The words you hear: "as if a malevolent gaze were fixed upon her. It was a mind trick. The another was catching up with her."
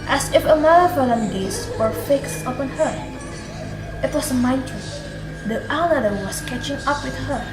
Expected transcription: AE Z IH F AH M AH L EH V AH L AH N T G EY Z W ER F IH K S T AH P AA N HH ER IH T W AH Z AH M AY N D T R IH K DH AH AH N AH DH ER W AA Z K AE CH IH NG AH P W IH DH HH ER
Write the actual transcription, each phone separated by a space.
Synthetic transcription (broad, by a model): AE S IH F AH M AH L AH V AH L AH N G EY S W ER F IH K S T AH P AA N HH ER IH T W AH S AH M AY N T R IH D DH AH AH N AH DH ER W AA S K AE CH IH NG AH P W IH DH HH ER